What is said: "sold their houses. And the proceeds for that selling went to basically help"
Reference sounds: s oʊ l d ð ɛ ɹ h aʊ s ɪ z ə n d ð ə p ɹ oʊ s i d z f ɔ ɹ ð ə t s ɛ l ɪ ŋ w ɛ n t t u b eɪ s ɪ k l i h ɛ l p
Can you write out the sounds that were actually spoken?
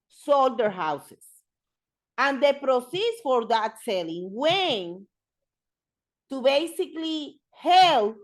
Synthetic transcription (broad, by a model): s oʊ l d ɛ ɹ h aʊ s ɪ s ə n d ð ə p ɹ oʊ s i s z f ɔ ɹ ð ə t s ɛ l ɪ ŋ w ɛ n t t u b eɪ s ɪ k l i h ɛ l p